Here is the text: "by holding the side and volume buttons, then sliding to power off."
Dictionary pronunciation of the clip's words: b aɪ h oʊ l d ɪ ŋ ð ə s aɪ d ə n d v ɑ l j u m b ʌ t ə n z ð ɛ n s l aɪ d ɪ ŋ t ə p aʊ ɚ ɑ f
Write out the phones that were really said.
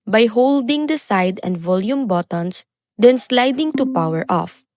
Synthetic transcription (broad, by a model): b aɪ h oʊ l d ɪ ŋ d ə s aɪ d ə n d v ɑ l j u m b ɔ t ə n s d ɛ n s l aɪ d ɪ ŋ t ə p aʊ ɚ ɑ f